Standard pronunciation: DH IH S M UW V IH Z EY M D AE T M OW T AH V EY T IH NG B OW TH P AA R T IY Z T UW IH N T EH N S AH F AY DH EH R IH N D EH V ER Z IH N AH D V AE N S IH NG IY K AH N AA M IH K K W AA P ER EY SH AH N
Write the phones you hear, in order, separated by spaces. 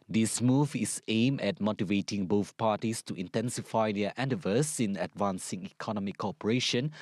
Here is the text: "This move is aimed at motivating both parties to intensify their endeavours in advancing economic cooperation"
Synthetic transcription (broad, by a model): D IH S M UW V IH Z EY M EH T M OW T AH V EY T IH NG B OW TH P AA T IY S T UW IH N T EH N S AH F AY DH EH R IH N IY V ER S IH N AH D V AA N S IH NG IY K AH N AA M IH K K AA P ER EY SH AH N